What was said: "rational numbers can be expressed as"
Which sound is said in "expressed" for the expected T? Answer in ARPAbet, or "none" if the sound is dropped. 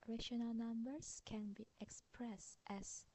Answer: T